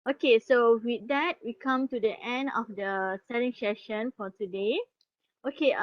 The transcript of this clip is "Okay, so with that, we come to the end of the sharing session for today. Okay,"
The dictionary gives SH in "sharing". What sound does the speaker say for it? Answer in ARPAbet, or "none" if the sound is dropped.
S